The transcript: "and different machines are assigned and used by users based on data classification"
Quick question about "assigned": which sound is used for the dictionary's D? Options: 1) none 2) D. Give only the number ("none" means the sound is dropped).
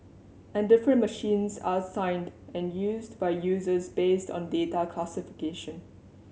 2